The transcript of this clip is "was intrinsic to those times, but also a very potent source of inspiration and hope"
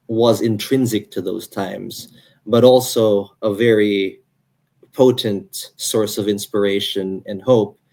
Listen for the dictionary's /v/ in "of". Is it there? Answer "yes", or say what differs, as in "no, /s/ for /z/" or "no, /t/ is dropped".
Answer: yes